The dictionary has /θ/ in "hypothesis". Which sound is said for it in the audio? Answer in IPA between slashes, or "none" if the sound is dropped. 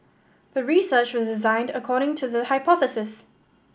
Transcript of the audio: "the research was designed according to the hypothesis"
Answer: /θ/